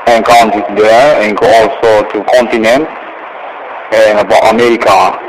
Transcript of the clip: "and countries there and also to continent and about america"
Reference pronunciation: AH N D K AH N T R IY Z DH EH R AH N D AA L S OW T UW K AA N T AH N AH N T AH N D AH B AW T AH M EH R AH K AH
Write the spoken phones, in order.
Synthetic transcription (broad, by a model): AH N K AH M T IY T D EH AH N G AA L S OW T UW K AA N T AH N AH N T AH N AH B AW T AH M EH R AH K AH